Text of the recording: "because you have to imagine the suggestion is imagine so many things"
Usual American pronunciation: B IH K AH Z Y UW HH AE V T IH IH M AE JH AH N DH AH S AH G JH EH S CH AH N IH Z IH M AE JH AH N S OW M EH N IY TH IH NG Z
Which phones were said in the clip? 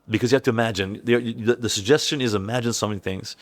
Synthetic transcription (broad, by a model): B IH K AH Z Y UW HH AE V T IH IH M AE JH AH N DH AH S AH G JH EH S CH AH N IH Z IH M AE JH AH N S OW M EH N IY TH IH NG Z